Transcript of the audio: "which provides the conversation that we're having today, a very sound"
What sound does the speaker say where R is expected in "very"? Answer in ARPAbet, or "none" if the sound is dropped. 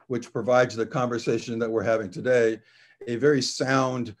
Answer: R